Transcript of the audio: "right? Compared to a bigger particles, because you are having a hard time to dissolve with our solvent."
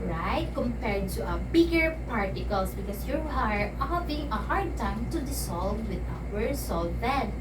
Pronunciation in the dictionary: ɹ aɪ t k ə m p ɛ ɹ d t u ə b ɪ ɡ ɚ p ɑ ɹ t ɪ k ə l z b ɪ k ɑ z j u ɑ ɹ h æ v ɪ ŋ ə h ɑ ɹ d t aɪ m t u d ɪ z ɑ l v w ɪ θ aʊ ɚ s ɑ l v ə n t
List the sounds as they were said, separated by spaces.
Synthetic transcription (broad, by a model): ɹ aɪ t k ə m p ɛ ɹ d t u ə b ɪ ɡ ɚ p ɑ ɹ t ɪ k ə l s b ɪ k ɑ s j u ɑ ɹ h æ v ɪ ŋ ə h ɑ ɹ d t aɪ m t u d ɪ s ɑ l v w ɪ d aʊ ɚ s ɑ l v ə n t